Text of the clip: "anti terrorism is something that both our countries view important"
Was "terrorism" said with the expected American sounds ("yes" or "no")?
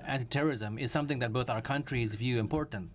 yes